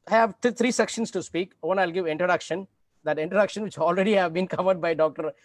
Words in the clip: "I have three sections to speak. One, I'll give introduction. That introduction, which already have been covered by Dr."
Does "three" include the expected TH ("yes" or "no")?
no